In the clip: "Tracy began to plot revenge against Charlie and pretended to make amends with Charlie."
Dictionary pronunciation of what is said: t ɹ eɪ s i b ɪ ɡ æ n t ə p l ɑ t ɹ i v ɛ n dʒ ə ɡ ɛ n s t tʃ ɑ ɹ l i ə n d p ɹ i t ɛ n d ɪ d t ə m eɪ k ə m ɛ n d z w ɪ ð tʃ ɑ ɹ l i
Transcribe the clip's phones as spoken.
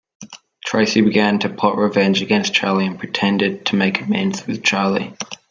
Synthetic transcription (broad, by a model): t ɹ eɪ s i b ɪ ɡ æ n t ə p ɑ t ɹ i v ɛ n dʒ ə ɡ ɛ n s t tʃ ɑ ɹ l i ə n p ɹ i t ɛ n d ɪ d t ə m eɪ k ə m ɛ n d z w ɪ ð tʃ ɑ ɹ l i